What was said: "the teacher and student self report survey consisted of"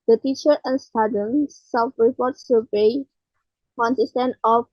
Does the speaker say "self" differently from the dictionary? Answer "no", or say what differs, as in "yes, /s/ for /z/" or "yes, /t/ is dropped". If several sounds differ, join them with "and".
yes, /l/ is dropped